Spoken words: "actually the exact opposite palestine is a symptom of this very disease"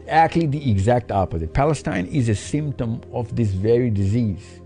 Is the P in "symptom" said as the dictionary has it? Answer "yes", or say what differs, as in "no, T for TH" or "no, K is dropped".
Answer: yes